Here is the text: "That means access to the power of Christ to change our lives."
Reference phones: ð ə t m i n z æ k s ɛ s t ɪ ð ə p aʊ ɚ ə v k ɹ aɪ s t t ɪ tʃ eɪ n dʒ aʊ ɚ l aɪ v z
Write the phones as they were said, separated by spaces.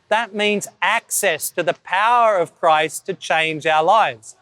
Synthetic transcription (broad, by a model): ð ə t m i n z æ k s ɛ s t ɪ ð ə p aʊ ɚ ə v k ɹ aɪ s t t ɪ tʃ eɪ n dʒ aʊ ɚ l aɪ v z